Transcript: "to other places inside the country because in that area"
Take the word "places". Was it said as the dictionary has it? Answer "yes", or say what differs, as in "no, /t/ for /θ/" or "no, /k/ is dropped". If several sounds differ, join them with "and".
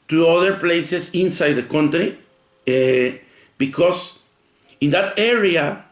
no, /s/ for /z/